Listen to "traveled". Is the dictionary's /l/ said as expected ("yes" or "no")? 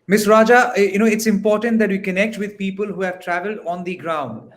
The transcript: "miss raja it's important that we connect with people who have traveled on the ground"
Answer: yes